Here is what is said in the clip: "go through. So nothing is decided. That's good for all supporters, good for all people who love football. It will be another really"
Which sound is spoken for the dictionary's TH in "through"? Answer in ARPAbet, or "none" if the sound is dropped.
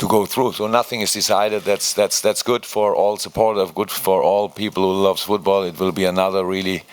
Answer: TH